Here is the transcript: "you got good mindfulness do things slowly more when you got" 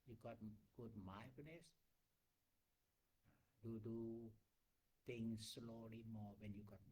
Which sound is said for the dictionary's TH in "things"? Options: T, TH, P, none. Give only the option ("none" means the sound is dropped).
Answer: T